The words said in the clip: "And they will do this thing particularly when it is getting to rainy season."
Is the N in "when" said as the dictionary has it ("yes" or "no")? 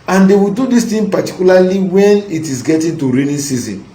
yes